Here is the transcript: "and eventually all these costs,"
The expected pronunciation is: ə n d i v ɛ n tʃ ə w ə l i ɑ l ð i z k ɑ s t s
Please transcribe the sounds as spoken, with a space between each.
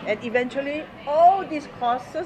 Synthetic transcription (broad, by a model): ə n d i v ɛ n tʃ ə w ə l i ɑ l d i s k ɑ s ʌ